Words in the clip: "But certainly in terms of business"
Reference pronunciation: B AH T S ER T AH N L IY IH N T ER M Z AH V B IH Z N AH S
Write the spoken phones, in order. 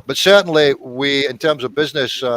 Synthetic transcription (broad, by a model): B AH T S ER T N L IY IH N T ER M Z AH V B IH Z N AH S